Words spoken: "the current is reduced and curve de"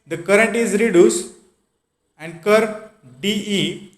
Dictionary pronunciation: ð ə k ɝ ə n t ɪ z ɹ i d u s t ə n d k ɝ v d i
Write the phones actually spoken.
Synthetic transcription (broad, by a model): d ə k ɝ ə n t ɪ z ɹ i d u s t ə n d k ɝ d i